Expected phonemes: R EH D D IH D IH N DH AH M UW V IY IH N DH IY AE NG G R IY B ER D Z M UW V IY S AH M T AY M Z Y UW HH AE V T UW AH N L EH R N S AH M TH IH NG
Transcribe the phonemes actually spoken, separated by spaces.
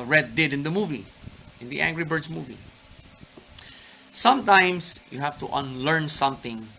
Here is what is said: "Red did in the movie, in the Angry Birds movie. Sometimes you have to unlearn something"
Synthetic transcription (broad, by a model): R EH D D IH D IH N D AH M UW V IY IH N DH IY AE NG G R IY B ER D S M UW V IY S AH M T AY M S Y UW HH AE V T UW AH N L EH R N S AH M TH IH NG